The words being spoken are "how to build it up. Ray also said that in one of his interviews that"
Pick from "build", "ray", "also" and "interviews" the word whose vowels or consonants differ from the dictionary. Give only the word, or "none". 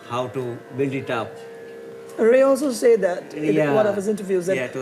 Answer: build